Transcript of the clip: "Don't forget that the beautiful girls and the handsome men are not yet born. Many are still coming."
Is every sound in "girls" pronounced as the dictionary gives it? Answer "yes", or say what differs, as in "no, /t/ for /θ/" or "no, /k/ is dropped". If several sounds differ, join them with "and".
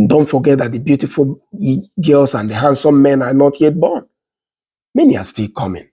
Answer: no, /s/ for /z/